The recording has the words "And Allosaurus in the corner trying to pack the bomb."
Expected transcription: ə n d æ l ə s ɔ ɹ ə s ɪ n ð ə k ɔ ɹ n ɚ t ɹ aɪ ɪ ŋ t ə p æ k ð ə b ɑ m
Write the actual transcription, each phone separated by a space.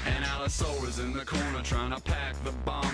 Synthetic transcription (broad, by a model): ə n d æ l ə s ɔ l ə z ɪ n ð ə k ɔ ɹ n ɚ t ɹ aɪ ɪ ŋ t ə p æ k ð ə b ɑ